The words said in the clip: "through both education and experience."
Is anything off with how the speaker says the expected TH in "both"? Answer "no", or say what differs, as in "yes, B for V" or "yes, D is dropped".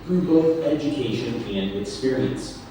no